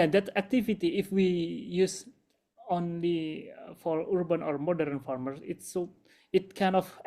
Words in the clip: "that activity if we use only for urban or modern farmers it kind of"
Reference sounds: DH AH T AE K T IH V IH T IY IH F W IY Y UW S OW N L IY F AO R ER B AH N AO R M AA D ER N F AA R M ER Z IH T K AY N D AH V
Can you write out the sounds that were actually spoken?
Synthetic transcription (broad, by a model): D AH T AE K T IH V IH T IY IH F W IY Y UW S OW N L IY F AO R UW B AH N AO R M AA D ER N F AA R M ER S IH T K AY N AH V